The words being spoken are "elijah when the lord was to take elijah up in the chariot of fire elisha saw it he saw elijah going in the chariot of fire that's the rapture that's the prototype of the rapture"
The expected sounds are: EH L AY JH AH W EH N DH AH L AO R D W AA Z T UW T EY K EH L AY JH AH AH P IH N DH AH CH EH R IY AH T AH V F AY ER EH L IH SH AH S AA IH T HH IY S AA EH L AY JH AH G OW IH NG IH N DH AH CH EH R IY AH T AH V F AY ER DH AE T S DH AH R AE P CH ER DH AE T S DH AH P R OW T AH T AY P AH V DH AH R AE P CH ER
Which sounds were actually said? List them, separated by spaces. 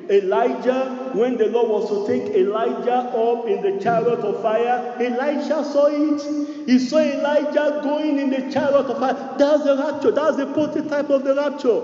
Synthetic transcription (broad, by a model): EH L AY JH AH W EH N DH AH L AO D W AA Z T UW T EY K EH L AY JH AH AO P IH N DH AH CH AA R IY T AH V F AY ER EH L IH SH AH S AA IH T HH IY S AA EH L AY JH AH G OW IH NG IH N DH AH CH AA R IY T AH V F AY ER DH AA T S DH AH R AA P CH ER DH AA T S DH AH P OW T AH T AY P AH V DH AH R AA P CH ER